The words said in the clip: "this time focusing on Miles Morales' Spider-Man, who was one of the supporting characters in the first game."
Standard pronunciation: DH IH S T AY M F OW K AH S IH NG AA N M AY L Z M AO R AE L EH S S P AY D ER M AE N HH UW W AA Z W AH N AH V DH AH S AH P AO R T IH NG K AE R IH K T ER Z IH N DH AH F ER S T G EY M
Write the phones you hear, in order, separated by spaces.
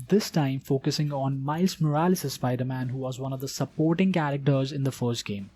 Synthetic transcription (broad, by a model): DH IH S T AY M F OW K AH S IH NG AA N M AY L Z M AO R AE L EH S S B AY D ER M AE N HH UW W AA Z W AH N AH V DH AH S AH P AO R T IH NG K AE R IH K T ER Z IH N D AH F ER S T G EY M